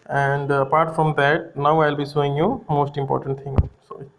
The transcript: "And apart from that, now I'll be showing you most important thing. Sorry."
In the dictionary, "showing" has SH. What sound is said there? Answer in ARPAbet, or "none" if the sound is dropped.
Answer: S